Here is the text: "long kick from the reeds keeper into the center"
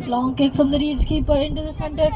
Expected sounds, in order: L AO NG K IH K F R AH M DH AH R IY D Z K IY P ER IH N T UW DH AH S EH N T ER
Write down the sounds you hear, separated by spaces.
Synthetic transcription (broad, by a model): L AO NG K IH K F R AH M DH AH R IY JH K IY P ER IH N T UW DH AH S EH N T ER